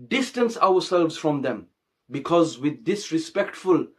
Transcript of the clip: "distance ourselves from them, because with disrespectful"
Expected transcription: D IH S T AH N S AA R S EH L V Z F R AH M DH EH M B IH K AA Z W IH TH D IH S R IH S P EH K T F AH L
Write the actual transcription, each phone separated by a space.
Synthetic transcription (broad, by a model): D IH S T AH N S AA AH S EH L V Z F R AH M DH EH M B IH K AA Z W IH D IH S R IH S P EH K T F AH L